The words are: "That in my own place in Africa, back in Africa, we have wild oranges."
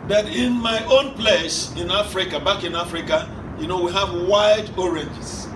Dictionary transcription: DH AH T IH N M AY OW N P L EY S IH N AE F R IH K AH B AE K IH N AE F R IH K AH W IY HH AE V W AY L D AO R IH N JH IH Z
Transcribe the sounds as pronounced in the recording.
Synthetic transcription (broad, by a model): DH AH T IH N M AY OW N P L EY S IH N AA F R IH K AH B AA K IH N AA F R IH K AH W IY HH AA V W AY D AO R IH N JH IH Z